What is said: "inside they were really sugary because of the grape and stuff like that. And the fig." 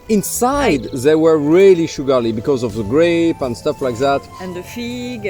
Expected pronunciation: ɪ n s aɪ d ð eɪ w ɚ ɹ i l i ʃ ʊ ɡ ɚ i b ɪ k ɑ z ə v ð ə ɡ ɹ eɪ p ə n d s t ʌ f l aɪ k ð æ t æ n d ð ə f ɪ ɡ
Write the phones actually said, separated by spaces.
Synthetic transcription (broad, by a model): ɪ n s aɪ d ð eɪ w ɚ ɹ i l i ʃ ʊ ɡ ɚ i b ɪ k ɑ z ə v ð ə ɡ ɹ eɪ p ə n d s t ʌ f l aɪ k ð æ t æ n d ð ə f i ɡ